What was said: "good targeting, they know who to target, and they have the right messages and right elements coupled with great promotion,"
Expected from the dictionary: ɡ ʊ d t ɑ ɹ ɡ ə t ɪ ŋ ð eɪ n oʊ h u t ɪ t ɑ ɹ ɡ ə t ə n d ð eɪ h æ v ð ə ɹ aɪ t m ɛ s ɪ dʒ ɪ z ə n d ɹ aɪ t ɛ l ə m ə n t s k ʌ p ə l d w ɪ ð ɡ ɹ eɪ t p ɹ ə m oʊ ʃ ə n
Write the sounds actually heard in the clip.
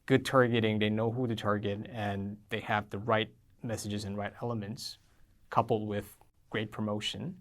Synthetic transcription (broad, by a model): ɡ ʊ d t ɑ ɹ ɡ ə t ɪ ŋ ð eɪ n oʊ h u t ɪ t ɑ ɹ ɡ ə t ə n ð eɪ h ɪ v ð ə ɹ aɪ t m ɛ s ɪ dʒ ɪ z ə n ɹ aɪ t ɛ l ə m ə n t s k ʌ p l d w ɪ ð ɡ ɹ eɪ t p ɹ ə m oʊ ʃ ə n